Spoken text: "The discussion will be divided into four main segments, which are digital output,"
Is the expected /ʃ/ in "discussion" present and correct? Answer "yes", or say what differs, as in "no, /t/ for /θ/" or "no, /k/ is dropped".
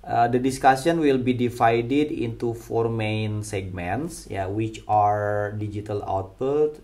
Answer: no, /s/ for /ʃ/